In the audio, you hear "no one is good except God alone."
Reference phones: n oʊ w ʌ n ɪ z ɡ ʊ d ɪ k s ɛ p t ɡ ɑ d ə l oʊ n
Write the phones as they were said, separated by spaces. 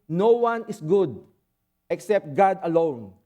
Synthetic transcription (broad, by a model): n oʊ w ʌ n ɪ s ɡ ʊ d ɪ k s ɛ p t ɡ ɑ d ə l oʊ n